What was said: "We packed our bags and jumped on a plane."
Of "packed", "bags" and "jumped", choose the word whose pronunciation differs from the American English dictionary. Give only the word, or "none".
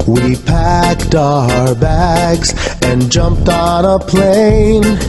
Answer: none